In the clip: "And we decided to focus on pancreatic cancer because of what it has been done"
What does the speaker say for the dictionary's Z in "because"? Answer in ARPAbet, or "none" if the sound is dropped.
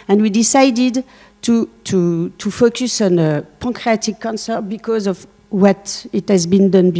Z